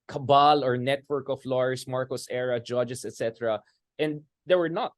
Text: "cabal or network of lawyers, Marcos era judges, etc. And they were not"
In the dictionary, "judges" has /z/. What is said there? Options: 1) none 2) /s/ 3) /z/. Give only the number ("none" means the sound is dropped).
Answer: 2